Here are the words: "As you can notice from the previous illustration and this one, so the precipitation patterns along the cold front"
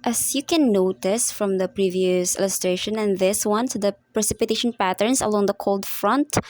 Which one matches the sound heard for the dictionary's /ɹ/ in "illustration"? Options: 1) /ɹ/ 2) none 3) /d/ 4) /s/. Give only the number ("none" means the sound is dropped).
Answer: 1